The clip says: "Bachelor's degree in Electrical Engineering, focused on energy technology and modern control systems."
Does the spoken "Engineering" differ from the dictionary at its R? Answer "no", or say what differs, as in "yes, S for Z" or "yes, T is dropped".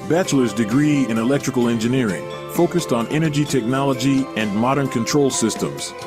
no